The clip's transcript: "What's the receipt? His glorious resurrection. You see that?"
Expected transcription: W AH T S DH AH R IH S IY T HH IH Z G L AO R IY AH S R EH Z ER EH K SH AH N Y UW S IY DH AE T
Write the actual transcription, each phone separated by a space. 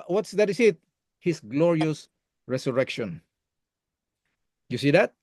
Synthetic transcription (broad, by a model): W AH T S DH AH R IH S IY T HH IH S G L AO R IY AH S R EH S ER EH K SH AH N Y UW S IY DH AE T